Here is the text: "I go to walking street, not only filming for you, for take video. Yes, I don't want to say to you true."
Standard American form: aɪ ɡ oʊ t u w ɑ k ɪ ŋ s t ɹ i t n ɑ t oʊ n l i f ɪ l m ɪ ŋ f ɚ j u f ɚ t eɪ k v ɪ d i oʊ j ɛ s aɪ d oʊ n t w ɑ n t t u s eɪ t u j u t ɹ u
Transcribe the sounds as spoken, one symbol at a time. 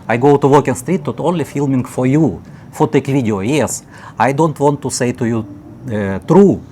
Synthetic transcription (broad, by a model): aɪ ɡ oʊ t u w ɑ k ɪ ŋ s t ɹ i t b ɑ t oʊ n l i f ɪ l m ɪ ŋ f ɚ j u f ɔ t eɪ k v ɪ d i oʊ j ɛ s aɪ d oʊ n t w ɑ n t t u s eɪ t u j u t ɹ u